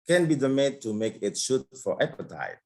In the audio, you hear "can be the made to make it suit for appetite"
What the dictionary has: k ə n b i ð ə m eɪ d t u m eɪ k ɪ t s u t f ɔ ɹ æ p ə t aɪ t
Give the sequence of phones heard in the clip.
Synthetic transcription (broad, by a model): k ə n b i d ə m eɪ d t u m eɪ k ɪ t ʃ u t f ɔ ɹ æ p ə t aɪ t